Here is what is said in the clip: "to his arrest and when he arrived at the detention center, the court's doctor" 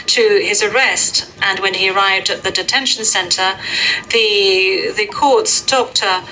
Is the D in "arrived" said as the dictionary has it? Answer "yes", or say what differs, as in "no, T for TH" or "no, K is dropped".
yes